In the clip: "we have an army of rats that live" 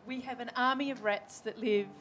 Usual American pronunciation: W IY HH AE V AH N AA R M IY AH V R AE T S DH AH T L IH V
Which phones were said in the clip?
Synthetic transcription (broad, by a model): W IY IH V AH N AA R M IY AH V R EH T S DH AH T L IH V